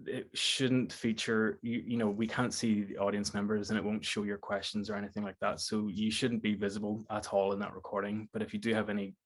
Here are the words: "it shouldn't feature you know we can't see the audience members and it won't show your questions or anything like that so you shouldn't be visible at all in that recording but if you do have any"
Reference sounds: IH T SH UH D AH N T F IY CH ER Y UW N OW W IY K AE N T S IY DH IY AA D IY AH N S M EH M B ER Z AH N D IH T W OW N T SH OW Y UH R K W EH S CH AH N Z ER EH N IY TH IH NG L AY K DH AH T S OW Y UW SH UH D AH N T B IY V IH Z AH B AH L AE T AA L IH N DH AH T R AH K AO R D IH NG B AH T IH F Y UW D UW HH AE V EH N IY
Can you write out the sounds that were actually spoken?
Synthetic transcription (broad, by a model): IH T SH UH D N T F IY CH ER Y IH N OW W IY K AE N T S IY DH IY AA D IY AH N S M EH M B ER Z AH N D IH T W OW N T SH OW Y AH R K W EH S CH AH N Z ER EH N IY TH IH NG L AY K DH AH T S OW Y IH SH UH D N B IY V IH Z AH B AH L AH T AA L IH N DH AH T R AH K AO R D IH NG B AH T IH F Y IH D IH V EH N IY